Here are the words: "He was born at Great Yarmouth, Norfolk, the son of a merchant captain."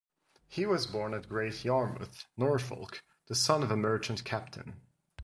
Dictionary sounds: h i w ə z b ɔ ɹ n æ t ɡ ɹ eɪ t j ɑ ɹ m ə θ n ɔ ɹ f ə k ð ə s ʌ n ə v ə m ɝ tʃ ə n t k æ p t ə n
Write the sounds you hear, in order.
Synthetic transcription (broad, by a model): h i w ə z b ɔ ɹ n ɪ t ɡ ɹ eɪ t j ɑ ɹ m ə θ n ɔ ɹ f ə k ð ə s ʌ n ə v ə m ɝ tʃ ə n k æ p t ə n